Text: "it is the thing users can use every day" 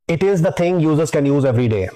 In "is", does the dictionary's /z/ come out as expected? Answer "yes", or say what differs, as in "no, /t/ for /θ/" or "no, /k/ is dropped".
yes